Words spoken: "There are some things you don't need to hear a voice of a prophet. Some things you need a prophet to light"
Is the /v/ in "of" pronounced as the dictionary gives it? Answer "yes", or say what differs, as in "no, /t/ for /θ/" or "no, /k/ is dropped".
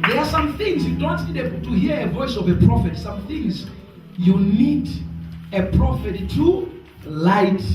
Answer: yes